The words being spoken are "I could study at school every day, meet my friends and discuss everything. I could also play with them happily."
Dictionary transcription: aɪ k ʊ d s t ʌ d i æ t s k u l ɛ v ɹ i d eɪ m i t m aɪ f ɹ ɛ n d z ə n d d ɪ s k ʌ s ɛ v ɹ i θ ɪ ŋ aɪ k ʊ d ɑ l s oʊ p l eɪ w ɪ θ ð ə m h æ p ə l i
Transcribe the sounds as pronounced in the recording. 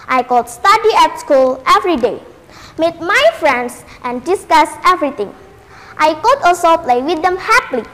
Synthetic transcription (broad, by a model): aɪ k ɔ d s t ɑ d i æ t s k u l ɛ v ɹ i d eɪ m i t m aɪ f ɹ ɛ n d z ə n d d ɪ s k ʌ s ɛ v ɹ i t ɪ ŋ aɪ k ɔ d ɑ s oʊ p l eɪ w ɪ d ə m h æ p l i